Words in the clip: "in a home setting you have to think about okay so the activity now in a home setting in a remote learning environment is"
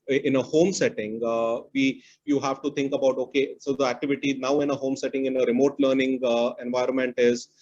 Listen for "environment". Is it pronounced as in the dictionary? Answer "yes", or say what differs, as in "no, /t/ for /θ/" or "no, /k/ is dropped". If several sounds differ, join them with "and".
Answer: yes